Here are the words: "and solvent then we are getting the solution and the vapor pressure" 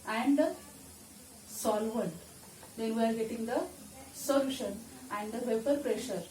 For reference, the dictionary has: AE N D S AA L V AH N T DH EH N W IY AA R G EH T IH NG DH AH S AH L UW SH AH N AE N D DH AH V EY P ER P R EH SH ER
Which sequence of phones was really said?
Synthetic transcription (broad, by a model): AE N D S AA L V AH N T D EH N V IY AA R G EH T IH NG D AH S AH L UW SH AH N AE N D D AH V EY P ER P R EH SH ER